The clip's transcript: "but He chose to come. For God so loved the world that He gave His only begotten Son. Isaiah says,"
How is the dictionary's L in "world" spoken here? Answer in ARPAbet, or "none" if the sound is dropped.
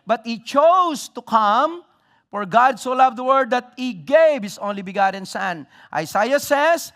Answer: none